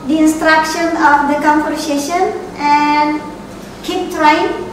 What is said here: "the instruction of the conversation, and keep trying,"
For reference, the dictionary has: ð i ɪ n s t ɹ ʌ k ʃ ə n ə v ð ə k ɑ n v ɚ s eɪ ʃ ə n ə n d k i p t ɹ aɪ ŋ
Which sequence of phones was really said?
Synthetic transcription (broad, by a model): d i ɪ n s t ɹ ʌ k ʃ ə n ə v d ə k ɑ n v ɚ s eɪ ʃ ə n ə n d k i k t ɹ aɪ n